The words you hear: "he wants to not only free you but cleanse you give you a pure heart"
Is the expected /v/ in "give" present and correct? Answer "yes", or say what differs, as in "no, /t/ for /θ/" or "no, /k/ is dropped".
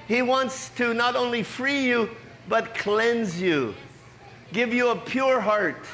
yes